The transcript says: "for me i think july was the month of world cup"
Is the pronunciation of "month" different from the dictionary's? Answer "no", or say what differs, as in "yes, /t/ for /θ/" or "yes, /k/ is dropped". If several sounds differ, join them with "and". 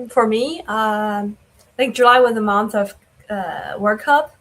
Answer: no